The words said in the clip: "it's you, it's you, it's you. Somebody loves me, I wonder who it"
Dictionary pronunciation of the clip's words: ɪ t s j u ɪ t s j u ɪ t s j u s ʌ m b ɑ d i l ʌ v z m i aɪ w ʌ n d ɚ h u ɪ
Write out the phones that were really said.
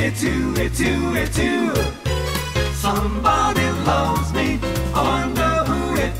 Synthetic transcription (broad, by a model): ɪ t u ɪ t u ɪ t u s ʌ m b ɑ d i l ʌ v z m i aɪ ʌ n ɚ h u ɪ